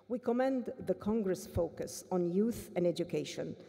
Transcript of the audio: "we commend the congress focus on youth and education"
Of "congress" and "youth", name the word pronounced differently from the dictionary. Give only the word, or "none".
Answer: none